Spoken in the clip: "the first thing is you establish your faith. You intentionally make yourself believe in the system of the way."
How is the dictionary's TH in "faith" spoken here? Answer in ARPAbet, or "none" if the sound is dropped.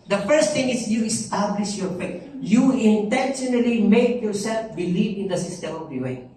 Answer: T